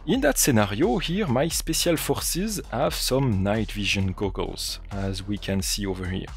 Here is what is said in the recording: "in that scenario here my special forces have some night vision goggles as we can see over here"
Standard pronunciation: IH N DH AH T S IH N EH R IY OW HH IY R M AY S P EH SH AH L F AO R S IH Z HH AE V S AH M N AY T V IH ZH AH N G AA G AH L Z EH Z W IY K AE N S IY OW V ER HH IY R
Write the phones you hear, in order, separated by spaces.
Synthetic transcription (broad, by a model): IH N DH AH T S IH N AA R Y OW HH IY R M AY S P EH S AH L F AO R S IH Z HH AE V S AH M N AY T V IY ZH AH N G AA G AH L Z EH Z W IY K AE N S IY OW V ER HH IY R